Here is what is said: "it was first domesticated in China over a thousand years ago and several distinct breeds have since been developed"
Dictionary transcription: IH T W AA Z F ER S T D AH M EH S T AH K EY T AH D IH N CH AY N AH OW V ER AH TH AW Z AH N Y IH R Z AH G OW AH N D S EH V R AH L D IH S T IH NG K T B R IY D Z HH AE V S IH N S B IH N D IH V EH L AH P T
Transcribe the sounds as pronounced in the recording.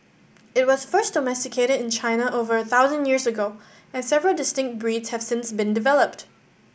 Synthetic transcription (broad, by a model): IH T W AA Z F ER S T D AH M EH S T AH K EY T AH D IH N CH AY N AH OW V ER AH TH AW Z AH N Y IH R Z AH G OW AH N S EH V R AH L D IH S T IH NG K T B R IY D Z HH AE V S IH N S B IH N D IH V EH L AH P T